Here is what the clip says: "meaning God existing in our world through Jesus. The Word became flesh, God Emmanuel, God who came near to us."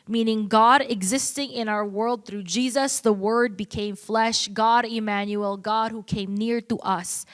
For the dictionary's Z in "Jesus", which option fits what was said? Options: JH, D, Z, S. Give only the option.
Z